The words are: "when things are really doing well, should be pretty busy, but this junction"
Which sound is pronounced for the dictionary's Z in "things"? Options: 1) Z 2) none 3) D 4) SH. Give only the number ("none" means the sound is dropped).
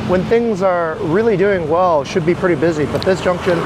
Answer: 1